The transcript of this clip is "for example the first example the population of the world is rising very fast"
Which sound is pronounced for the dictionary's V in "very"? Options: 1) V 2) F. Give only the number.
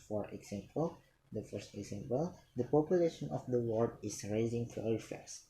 2